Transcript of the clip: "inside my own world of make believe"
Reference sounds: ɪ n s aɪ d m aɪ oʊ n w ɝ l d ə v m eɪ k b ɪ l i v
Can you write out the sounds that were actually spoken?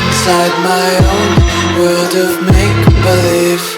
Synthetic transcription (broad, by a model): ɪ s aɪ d m aɪ oʊ n w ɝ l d ə v m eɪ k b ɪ l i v